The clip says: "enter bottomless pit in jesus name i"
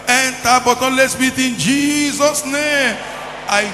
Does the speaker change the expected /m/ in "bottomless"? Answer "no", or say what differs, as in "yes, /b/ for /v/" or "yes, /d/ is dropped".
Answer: yes, /m/ is dropped